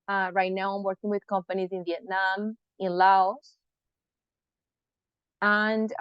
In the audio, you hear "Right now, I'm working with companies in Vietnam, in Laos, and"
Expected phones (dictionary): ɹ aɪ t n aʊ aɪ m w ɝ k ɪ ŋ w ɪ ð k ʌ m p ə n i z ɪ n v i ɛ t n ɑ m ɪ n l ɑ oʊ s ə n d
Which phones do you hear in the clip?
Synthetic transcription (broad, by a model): ɹ aɪ t n aʊ aɪ m w ɝ k ɪ ŋ w ɪ ð k ʌ m p ə n i z ɪ n v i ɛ t n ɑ m ɪ n l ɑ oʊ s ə n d